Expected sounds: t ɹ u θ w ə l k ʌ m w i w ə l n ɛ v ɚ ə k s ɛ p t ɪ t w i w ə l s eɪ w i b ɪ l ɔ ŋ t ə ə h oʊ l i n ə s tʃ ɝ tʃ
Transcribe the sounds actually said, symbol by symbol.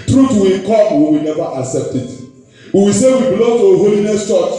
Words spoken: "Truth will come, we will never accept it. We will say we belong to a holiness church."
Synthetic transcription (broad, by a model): t ɹ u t w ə k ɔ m w i w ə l n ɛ v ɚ ə k s ɛ p t ɪ t w i w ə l s eɪ w i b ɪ l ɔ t ə h oʊ l i n ə s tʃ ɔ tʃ